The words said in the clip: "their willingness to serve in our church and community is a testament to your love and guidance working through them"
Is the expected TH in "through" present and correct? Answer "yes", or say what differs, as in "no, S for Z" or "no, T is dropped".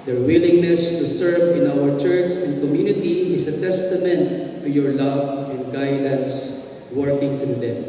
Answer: no, T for TH